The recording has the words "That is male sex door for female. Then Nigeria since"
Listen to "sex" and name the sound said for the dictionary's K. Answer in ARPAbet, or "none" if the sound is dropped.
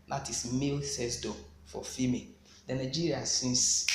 none